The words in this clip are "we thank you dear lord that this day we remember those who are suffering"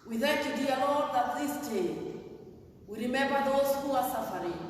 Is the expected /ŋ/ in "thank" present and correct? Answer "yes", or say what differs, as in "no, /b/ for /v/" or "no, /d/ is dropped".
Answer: no, /ŋ/ is dropped